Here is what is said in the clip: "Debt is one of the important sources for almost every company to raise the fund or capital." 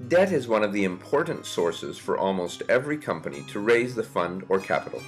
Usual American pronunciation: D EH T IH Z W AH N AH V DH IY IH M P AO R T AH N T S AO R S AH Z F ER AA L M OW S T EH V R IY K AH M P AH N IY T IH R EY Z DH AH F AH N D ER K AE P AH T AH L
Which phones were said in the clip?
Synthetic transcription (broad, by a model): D EH T IH Z W AH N AH V DH IY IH M P AO R T N T S AO R S AH Z F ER AA L M OW S T EH V R IY K AH M P AH N IY T IH R EY Z DH AH F AH N D ER K AE P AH T L